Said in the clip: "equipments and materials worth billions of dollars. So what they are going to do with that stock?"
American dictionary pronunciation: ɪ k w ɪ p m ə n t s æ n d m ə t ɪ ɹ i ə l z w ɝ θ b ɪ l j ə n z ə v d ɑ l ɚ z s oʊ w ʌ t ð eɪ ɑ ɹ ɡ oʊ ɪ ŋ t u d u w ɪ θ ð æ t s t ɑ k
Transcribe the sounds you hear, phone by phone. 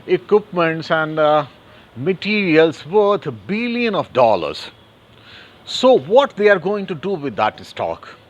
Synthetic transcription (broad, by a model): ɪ k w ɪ p m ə n t s æ n d m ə t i ɹ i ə l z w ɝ t b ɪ l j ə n ə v d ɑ l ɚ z s oʊ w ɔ t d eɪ ɑ ɹ ɡ oʊ ɪ ŋ t u d u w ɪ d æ t s t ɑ k